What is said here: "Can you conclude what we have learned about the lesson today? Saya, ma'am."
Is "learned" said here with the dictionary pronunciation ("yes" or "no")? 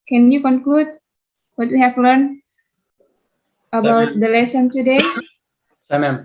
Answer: no